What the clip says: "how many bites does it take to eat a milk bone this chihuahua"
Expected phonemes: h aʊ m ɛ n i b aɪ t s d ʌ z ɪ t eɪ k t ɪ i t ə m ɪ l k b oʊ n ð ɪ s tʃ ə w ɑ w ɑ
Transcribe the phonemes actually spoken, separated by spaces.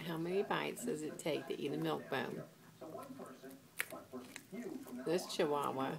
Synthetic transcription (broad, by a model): h aʊ m ɛ n i b aɪ t s d ʌ z ɪ t eɪ k t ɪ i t ə m ɪ l k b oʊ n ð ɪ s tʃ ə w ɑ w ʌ